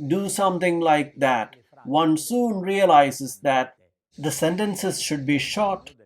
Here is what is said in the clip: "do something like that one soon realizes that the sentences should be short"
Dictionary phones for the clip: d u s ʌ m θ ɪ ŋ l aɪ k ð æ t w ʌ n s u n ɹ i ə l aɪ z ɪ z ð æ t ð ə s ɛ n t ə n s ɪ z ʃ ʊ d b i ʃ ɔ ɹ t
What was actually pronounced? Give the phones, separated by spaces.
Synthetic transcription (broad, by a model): d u s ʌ m t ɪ ŋ l aɪ k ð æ t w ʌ n s u n ɹ i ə l aɪ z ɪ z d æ t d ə s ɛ n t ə n s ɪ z ʃ ʊ d b i ʃ ɔ t